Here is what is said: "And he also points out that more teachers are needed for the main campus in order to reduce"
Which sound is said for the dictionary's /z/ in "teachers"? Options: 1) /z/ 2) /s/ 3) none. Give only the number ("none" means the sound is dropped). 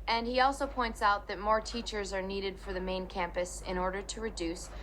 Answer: 1